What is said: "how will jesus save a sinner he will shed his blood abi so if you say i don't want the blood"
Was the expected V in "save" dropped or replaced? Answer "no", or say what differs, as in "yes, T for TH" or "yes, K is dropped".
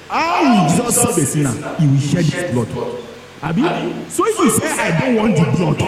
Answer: yes, B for V